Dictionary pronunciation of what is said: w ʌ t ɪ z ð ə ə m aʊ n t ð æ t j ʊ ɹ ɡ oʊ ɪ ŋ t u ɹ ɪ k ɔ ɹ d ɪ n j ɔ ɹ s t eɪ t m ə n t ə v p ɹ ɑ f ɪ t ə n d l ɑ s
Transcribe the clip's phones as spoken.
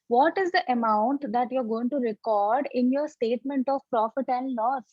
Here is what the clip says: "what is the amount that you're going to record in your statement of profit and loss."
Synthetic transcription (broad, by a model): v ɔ t ɪ z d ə ə m aʊ n t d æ t j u ɹ ɡ oʊ ɪ ŋ t u ɹ ɪ k ɔ ɹ d ɪ n j ɔ ɹ s t eɪ t m ə n t ə v p ɹ ɑ f ɪ t ə n d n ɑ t